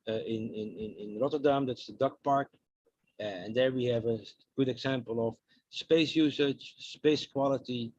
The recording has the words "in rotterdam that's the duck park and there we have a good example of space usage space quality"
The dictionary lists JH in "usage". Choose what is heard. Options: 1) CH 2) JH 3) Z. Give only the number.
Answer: 1